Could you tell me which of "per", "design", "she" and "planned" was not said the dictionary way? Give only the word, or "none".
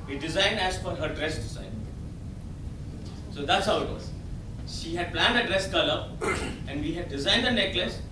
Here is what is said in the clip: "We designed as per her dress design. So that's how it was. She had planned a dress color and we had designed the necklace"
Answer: per